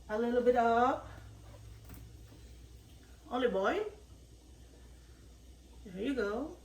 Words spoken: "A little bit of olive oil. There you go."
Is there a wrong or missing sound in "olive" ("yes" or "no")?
yes